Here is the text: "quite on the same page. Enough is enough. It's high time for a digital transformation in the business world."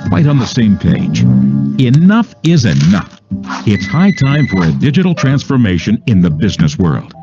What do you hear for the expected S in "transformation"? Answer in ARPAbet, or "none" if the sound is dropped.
S